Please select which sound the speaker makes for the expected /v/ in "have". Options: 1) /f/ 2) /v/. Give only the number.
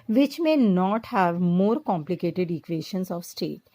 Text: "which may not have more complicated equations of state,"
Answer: 2